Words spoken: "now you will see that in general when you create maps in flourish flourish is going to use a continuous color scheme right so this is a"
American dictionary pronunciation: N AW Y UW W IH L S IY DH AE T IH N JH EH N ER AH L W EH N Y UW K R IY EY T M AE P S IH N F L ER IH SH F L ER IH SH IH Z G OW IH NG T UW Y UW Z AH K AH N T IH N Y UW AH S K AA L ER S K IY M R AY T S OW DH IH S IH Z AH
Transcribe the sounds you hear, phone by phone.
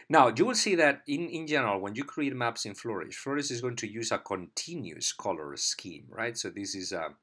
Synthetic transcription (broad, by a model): N AW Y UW W IH L S IY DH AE T IH N JH EH N ER AH L W EH N Y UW K R IY EY T M AE P S IH N F L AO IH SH F L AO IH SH IH Z G OW IH NG T UW Y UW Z AH K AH N T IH N Y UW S K AA L ER S K IY M R AY T S OW DH IH S IH Z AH